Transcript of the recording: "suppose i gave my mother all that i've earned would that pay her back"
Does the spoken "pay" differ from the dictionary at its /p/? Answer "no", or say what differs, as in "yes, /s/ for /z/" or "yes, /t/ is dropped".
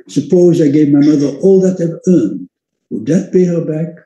yes, /b/ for /p/